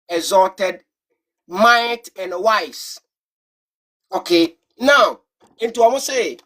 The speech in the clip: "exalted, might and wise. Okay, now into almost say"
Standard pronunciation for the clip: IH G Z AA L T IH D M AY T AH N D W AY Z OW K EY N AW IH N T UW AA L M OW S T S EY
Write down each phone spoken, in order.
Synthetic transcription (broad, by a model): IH Z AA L T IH D M AY T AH N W AY S OW K EY N AW IH N T UW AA M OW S S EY